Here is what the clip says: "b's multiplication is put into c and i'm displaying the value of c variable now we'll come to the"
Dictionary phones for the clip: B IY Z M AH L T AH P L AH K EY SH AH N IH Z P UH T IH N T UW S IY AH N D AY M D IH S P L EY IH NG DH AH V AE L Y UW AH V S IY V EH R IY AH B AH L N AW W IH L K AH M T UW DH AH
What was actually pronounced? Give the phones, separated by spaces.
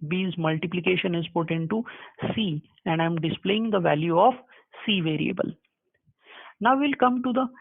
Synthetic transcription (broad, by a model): B IY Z M AH L T AH P L AH K EY SH AH N IH Z P UH T IH N T UW S IY AH N D AY M D IH S P L EY IH NG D AH V AE L Y UW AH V S IY V EH R IY AH B AH L N AW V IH L K AH M T UW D AH